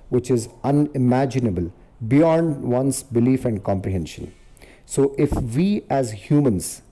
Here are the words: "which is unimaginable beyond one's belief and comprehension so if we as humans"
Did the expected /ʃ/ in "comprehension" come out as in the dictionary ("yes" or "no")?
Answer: yes